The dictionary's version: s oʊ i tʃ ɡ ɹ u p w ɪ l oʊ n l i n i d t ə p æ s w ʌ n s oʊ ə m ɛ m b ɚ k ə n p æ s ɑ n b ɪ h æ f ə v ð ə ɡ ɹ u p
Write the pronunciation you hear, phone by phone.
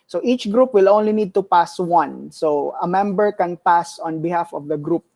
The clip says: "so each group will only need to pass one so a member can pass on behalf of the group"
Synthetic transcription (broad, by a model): s oʊ i tʃ ɡ ɹ u p w ɪ l oʊ n l i n i d t ə p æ s w ʌ n s oʊ ə m ɛ m b ɚ k ə n p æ s ɑ n b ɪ h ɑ f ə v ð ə ɡ ɹ u p